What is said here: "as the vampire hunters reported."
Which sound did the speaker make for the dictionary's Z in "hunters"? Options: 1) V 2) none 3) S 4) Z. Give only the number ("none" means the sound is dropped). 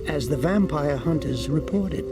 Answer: 4